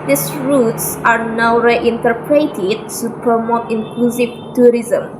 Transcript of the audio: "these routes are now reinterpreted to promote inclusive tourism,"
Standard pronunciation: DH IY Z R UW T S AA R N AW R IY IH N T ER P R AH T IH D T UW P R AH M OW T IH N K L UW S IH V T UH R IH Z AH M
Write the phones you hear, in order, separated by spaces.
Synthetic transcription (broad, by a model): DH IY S R UW T S AA R N AW R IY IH N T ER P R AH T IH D T UW P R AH M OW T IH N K L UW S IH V T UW R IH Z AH M